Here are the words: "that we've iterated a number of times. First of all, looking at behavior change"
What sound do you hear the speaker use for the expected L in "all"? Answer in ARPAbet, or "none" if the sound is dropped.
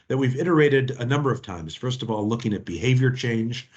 L